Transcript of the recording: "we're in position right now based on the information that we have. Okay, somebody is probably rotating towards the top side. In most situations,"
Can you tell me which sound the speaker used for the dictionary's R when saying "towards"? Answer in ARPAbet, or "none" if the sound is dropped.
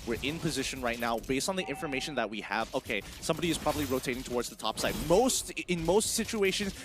R